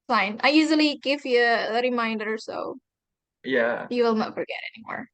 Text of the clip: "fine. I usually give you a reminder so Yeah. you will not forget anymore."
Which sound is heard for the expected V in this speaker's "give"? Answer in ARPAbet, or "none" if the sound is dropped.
V